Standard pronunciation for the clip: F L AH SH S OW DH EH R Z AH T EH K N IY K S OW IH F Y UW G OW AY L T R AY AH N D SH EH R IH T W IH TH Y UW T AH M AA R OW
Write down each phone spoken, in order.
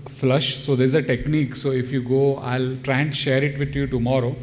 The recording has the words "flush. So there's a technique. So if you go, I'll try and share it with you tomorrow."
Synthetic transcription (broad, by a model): F L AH SH S OW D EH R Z AH T EH K N IY K S OW IH F Y UW G OW AY L T R AY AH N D SH EH R IH T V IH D Y UW T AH M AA R OW